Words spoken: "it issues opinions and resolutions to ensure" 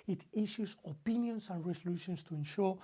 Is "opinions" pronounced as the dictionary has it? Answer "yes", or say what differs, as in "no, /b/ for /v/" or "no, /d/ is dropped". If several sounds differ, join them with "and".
no, /s/ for /z/